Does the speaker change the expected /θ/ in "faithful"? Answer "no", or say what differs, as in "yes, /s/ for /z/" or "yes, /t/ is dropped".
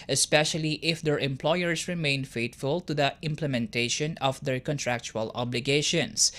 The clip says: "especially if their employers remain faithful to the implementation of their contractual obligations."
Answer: yes, /t/ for /θ/